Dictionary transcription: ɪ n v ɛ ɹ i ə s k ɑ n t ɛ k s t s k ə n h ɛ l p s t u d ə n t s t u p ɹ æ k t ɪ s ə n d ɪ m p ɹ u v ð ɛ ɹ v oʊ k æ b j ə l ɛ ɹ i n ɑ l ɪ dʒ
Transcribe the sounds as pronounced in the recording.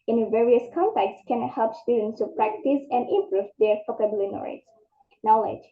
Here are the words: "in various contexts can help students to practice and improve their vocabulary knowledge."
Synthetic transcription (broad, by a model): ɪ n v ɛ ɹ i ə s k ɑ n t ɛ k t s k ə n h ɛ l p s t u d ə n t s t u p ɹ æ k t ɪ s ə n d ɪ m p ɹ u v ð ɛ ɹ f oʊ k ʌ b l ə n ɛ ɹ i n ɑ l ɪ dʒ